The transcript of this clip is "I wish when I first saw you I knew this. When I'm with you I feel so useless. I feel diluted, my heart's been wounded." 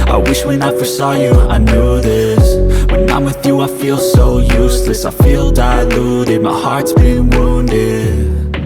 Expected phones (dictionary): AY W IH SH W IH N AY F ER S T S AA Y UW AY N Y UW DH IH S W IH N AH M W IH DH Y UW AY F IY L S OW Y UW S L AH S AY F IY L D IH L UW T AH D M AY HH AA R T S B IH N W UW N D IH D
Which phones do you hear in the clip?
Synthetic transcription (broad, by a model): AY W IH SH W IH N AY F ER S S AA Y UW AY N Y UW DH IH S W IH N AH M W IH DH Y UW AY F IY L S OW Y UW S L AH S AY F IY L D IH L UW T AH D M AY HH AA R T S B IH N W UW N D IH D